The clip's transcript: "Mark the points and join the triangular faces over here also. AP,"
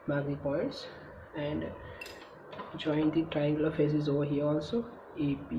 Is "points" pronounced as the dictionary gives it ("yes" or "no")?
no